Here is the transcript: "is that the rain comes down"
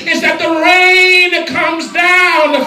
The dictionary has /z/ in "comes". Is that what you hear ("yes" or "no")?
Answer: yes